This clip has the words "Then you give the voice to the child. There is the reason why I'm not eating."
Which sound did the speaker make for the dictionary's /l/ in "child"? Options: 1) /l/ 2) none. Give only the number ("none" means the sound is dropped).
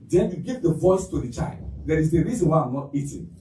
1